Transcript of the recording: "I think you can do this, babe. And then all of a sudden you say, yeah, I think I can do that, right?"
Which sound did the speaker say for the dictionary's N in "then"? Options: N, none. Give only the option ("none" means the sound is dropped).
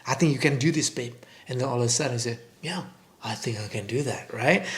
none